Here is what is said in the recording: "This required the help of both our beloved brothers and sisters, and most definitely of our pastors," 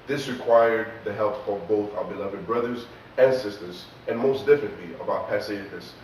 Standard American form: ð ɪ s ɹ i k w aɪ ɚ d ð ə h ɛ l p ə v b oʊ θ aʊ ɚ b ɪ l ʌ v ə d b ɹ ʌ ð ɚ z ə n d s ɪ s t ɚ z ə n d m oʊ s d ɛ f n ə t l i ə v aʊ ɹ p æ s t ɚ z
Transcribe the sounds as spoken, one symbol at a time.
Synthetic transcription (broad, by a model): ð ɪ s ɹ i k w aɪ ɚ d ð ə h ɛ l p ə v b oʊ θ aʊ ɚ b ɪ l ʌ v ə d b ɹ ʌ ð ɚ z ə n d s ɪ s t ɚ z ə n m oʊ s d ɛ f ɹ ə t l i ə b aʊ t p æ s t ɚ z